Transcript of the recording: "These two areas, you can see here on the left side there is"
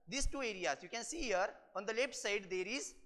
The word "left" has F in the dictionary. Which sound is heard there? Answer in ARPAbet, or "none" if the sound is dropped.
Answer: P